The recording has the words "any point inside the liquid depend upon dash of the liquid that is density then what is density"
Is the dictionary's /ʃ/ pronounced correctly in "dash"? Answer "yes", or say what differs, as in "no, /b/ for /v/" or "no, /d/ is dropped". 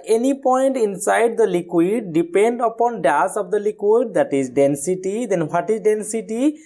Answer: no, /s/ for /ʃ/